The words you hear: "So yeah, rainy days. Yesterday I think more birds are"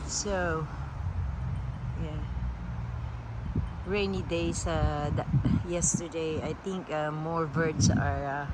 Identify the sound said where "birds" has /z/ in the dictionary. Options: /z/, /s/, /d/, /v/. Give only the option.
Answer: /s/